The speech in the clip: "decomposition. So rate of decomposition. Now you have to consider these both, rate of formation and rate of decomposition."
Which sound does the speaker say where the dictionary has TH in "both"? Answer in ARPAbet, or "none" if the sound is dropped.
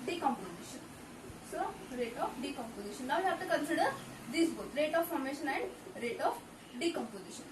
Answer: T